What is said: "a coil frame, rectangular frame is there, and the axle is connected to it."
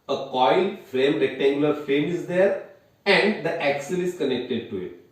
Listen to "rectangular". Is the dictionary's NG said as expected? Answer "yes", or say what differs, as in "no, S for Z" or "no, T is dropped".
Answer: yes